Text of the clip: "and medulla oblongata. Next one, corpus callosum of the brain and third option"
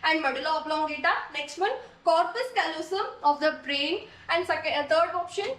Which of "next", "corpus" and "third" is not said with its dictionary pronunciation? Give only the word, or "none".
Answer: third